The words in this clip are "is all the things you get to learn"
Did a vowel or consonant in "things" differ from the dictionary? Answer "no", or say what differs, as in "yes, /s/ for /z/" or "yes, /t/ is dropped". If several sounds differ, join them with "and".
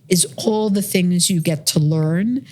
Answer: no